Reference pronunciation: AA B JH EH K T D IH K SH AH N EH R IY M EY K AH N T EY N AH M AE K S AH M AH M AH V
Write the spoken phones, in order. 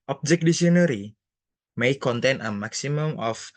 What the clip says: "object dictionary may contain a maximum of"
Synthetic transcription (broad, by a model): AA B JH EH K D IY SH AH N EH R IY M EY K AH N T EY N AH M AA K S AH M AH M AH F